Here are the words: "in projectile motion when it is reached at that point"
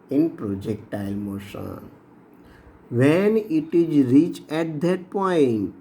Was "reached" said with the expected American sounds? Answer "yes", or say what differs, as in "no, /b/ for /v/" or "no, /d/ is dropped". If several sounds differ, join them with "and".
no, /t/ is dropped